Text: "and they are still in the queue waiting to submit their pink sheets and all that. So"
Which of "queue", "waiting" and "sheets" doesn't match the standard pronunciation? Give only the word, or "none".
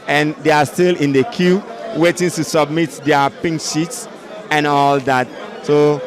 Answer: none